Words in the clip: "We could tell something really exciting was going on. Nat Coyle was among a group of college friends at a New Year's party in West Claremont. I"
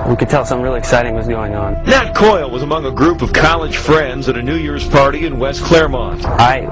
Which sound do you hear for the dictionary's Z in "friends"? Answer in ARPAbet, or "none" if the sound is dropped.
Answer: Z